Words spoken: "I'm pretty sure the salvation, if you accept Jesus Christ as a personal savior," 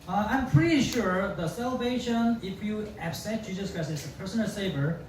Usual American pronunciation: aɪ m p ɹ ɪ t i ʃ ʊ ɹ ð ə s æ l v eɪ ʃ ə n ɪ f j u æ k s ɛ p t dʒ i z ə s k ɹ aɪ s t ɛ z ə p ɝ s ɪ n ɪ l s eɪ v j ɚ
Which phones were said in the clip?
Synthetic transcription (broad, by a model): aɪ m p ɹ ɪ t i ʃ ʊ ɹ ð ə s æ l v eɪ ʃ ə n ɪ f j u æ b s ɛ t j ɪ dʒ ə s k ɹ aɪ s ɛ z ə p ɝ s ɪ n ɪ l s eɪ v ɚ